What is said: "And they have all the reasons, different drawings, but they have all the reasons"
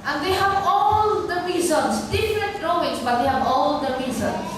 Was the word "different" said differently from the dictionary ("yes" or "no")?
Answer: yes